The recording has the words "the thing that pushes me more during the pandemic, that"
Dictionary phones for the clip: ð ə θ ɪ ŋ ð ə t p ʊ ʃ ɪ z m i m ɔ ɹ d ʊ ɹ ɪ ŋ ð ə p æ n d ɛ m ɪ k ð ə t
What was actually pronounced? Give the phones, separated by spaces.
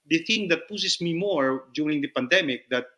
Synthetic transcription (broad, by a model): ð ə θ ɪ ŋ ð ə t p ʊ s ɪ s m i m ɔ ɹ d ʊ ɹ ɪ ŋ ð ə p æ n d ɛ m ɪ k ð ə t